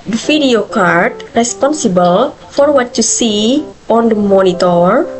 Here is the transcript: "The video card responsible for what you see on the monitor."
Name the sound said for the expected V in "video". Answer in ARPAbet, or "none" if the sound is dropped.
F